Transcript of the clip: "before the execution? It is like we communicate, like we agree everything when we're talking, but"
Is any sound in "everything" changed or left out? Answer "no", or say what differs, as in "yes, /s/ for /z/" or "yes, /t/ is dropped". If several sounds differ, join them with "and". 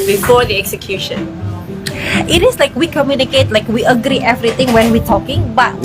yes, /t/ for /θ/